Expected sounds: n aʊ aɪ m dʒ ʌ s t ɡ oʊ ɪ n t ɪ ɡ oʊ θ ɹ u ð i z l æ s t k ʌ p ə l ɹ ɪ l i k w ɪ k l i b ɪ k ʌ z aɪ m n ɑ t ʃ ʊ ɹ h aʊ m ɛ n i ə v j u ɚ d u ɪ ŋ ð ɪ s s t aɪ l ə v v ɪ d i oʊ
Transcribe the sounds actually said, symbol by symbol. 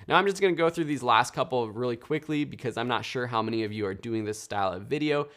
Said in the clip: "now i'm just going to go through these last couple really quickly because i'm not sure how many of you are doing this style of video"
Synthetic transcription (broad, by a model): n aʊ aɪ m dʒ ʌ s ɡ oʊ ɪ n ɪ ɡ oʊ θ ɹ u ð i z l æ s t k ʌ p l ɹ ɪ l i k w ɪ k l i b ɪ k ʌ z aɪ m n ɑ t ʃ ʊ ɹ h aʊ m ɛ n i ə v j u ɚ d u ɪ ŋ ð ɪ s s t aɪ l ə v v ɪ d i oʊ